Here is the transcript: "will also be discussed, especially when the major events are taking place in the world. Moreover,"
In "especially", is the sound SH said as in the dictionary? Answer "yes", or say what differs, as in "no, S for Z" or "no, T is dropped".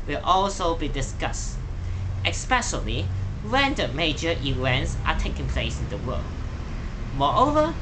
no, S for SH